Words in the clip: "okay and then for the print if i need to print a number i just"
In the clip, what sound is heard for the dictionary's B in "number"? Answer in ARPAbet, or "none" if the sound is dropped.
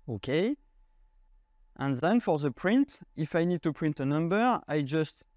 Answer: B